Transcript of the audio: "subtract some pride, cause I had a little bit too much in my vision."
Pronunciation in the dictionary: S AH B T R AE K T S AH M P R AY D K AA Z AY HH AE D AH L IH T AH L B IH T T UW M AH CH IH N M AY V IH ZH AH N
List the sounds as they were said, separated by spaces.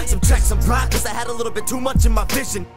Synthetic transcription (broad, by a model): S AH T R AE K S AH M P L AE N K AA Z AY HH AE D AH L IH T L B IH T T UW M AH CH IH N M AY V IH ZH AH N